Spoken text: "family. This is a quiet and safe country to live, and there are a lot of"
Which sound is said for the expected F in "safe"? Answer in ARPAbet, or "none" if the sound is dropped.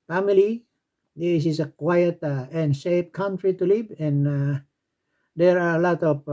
P